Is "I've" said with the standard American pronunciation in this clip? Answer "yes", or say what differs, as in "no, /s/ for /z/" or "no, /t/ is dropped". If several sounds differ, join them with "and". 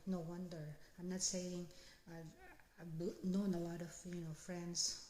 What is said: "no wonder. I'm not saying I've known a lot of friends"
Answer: no, /b/ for /v/